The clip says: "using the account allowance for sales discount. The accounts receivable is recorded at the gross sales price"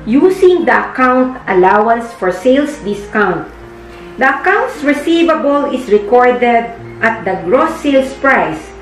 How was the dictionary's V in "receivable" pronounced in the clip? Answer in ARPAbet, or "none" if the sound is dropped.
V